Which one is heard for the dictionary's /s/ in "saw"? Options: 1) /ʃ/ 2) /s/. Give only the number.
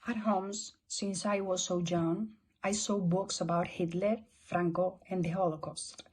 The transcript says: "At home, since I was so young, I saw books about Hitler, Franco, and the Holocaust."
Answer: 2